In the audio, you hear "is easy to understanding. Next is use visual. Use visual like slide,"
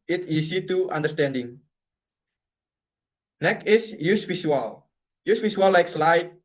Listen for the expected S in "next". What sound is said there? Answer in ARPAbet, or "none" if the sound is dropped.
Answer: none